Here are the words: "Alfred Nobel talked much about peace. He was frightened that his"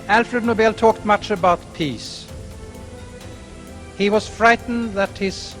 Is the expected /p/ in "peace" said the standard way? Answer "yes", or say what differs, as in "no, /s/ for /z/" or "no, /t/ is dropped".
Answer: yes